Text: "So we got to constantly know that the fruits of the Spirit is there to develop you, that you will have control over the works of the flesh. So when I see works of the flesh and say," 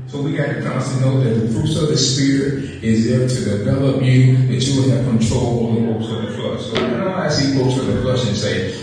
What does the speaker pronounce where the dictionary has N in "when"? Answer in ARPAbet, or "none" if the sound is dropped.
none